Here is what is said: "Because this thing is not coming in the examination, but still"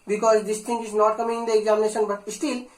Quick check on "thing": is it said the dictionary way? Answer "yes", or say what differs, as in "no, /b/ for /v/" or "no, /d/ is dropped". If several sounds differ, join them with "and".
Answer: no, /t/ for /θ/